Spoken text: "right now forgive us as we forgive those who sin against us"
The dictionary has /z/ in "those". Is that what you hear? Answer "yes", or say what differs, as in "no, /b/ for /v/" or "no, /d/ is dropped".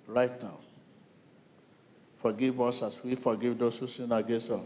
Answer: no, /s/ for /z/